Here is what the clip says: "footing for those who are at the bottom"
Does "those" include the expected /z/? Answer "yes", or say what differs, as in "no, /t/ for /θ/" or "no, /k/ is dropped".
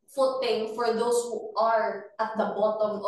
no, /s/ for /z/